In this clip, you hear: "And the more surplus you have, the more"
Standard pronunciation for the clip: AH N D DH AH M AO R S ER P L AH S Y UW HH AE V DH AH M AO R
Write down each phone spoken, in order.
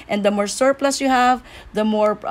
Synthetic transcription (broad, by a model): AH N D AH M AO R S ER P L AH S Y UW HH AE V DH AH M AO R